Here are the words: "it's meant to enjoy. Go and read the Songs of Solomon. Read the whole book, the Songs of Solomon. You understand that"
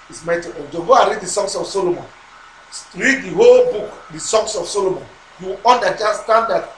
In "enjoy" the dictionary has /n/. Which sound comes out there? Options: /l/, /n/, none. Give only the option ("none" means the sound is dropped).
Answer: none